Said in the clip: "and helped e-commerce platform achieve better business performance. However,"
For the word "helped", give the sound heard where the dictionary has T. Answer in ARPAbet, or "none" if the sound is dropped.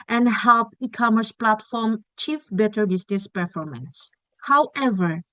none